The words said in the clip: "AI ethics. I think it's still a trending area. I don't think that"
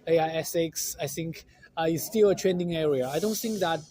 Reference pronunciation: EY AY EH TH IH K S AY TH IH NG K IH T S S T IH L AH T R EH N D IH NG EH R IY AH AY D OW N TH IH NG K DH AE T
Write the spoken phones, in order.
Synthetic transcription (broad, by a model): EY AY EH S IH K S AY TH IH NG K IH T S S T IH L AH T R EH N D IH NG EH R IY AH AY D OW N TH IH NG K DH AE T